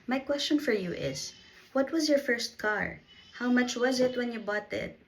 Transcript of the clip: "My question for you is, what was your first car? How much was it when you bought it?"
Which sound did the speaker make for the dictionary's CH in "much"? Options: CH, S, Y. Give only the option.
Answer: CH